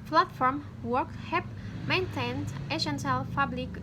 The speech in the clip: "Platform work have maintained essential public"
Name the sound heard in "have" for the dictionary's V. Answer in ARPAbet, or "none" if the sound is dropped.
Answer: P